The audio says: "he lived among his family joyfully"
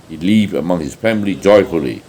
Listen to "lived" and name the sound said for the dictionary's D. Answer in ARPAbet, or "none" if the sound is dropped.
none